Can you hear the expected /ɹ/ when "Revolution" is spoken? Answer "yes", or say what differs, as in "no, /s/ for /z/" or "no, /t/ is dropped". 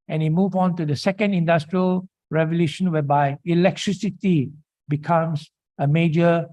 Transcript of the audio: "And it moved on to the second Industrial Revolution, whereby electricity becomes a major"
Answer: yes